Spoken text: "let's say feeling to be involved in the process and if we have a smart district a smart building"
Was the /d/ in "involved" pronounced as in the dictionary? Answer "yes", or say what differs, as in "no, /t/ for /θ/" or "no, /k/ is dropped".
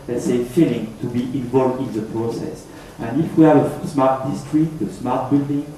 yes